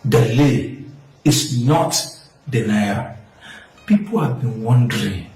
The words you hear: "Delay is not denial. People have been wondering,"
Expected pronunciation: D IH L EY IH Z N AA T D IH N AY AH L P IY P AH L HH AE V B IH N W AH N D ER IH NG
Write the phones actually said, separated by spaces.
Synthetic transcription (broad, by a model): D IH L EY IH S N AA T D IH N AY AH L P IY P AH L HH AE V B IH N W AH N D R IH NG